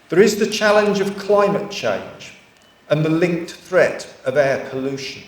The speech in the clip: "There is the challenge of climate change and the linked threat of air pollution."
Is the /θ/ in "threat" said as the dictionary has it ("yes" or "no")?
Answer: yes